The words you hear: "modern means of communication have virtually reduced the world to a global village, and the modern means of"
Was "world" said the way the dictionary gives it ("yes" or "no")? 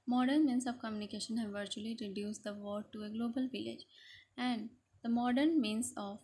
no